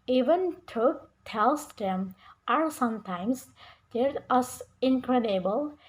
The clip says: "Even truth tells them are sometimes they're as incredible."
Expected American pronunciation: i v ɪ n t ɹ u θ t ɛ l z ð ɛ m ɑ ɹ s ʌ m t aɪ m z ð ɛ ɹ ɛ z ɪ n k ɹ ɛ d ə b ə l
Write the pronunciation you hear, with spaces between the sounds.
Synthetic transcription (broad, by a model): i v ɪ n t u t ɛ l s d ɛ m ɑ ɹ s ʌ m t aɪ m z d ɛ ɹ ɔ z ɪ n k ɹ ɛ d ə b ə l